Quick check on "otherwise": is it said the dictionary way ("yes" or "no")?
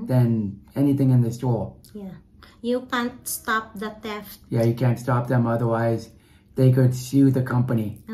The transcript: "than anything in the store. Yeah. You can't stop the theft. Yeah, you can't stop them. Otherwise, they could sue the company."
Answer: yes